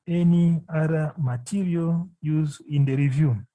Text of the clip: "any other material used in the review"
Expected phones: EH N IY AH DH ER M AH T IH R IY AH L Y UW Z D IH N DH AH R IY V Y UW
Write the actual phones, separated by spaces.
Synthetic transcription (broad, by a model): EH N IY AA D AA M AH T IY R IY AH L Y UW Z IH N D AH R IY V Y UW